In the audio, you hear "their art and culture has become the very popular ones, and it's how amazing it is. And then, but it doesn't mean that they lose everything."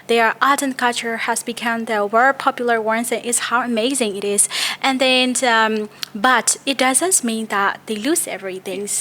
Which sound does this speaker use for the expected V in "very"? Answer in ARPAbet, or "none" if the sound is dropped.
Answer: W